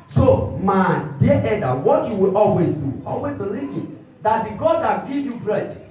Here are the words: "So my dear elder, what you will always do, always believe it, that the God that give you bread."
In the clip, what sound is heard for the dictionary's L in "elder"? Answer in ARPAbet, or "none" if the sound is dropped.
none